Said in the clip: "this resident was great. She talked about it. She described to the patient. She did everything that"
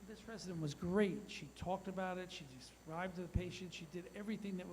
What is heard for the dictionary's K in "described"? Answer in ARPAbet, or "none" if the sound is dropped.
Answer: none